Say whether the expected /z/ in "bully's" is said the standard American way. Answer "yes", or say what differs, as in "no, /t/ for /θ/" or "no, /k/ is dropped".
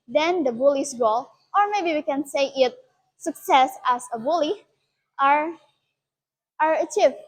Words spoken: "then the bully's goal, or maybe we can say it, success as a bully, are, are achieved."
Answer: no, /s/ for /z/